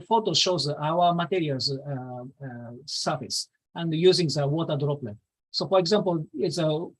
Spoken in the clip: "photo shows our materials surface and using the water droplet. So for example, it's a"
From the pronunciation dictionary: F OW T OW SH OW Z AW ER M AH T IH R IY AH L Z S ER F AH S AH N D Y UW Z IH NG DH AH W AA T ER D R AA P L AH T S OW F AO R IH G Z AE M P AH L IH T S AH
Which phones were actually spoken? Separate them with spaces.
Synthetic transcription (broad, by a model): F OW T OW SH OW Z AW ER M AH T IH R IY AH L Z S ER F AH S AH N D Y UW Z IH NG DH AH W AA T ER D R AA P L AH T S OW F AO R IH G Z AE M P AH L IH T S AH